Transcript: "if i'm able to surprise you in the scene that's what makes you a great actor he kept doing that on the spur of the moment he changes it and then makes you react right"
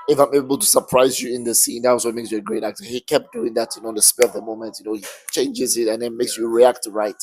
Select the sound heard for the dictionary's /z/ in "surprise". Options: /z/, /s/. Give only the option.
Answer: /z/